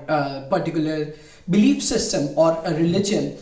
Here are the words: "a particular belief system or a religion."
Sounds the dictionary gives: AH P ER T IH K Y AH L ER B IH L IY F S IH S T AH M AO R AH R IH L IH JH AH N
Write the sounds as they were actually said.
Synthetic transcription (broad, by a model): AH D T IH K Y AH L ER B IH L IY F S IH S T AH M AO R AH R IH L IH JH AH N